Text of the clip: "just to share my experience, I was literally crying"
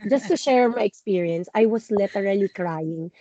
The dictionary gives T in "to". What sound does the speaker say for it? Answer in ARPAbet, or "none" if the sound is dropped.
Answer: T